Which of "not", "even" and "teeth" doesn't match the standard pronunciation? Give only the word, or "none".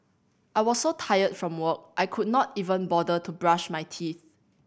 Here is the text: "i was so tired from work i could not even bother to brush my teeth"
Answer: none